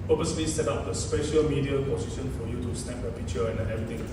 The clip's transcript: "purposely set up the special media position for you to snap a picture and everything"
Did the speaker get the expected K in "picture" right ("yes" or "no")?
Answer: no